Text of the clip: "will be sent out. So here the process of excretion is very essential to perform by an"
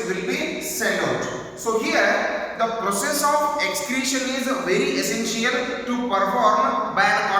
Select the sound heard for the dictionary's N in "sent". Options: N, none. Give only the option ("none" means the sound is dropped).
none